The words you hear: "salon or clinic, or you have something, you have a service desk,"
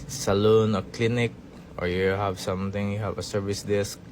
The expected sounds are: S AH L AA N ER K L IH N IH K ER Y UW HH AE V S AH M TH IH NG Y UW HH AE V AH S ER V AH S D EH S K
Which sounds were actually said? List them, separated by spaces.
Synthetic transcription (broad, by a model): S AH L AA N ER K L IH N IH K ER Y UW HH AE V S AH M T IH NG Y UW HH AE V AH S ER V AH S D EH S